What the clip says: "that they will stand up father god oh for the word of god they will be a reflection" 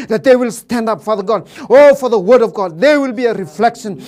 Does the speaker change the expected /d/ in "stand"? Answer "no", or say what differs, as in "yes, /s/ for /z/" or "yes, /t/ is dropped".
no